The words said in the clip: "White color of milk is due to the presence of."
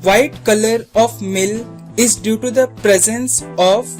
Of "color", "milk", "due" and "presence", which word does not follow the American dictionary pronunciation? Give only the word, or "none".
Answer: milk